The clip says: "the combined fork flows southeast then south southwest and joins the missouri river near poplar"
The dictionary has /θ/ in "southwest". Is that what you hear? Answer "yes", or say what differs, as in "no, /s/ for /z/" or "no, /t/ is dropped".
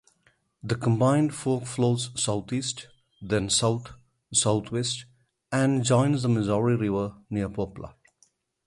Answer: no, /t/ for /θ/